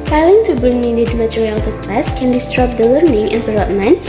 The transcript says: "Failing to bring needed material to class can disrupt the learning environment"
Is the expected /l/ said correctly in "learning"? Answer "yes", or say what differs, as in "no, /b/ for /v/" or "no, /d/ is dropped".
no, /w/ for /l/